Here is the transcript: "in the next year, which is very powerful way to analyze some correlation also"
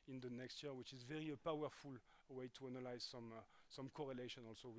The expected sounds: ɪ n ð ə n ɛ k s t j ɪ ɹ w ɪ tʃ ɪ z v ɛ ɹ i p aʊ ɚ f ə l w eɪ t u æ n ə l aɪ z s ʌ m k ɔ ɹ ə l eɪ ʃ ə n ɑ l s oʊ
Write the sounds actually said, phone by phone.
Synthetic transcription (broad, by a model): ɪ n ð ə n ɛ k s t j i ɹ w ɪ tʃ ɪ z v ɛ ɹ i p aʊ ɚ f ə l w eɪ t u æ n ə l aɪ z s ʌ m k ɔ ɹ ə l eɪ ʃ ə n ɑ l s oʊ